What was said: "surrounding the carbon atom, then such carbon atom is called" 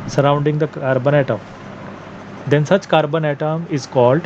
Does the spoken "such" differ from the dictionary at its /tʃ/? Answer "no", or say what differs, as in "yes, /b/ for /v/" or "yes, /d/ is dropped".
yes, /s/ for /tʃ/